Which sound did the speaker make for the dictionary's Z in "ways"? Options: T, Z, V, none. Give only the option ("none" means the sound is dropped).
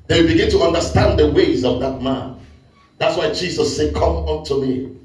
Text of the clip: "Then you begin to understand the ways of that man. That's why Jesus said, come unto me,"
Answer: Z